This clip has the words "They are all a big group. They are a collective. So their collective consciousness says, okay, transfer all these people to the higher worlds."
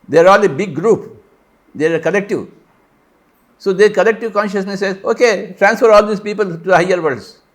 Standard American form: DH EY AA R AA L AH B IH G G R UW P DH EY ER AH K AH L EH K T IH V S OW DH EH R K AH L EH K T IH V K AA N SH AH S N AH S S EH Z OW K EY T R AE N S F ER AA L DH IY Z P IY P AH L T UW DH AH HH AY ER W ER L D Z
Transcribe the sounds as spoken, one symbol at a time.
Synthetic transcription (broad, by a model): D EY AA R AA L AH B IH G G R UW P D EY K AH L EH K T IH V S OW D EH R K AH L EH K T IH V K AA N SH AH S N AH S S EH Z OW K EY T R AE N S F ER AA L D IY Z P IY P AH L T UW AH HH AY ER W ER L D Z